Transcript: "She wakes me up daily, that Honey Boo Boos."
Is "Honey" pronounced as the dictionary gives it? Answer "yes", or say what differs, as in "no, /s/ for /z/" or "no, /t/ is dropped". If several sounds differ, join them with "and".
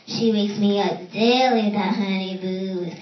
no, /n/ is dropped